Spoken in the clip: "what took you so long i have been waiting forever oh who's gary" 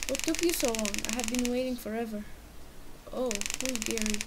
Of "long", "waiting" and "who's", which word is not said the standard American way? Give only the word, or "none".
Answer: who's